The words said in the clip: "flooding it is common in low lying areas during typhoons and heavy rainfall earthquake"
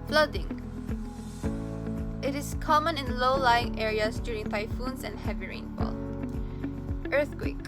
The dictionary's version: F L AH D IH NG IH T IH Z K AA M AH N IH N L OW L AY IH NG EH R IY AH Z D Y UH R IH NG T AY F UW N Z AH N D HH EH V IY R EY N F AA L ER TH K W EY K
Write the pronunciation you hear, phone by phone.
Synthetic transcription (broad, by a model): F L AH D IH NG IH T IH S K AA M AH N IH N L OW L AY IH NG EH R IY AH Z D Y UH R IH NG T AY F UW N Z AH N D HH EH V IY R EY N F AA L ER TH K W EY K